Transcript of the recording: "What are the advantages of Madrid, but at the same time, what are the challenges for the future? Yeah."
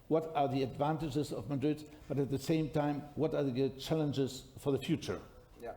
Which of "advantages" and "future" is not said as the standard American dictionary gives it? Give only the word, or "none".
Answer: none